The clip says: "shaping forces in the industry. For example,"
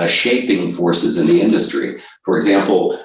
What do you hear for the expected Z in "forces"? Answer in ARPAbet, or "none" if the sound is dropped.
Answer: Z